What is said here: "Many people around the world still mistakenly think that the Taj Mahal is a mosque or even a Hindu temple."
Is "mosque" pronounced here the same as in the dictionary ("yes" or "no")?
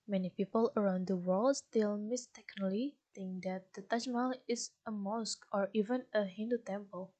yes